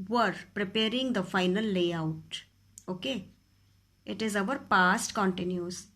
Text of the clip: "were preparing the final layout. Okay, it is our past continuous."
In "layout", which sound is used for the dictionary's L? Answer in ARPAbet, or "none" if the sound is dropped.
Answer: L